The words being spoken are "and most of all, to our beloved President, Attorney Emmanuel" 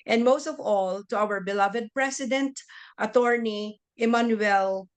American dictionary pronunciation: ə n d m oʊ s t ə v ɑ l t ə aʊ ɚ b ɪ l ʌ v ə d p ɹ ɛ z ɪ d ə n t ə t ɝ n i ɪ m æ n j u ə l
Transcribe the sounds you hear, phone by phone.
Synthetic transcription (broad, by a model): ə n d m oʊ s t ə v ɑ l t ə aʊ ɚ b ɪ l ʌ v ə d p ɹ ɛ s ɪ d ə n t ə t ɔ n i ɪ m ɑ n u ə l